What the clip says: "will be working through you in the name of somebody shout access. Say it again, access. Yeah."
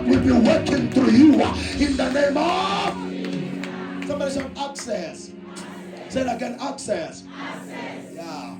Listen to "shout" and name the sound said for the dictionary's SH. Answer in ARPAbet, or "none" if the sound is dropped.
S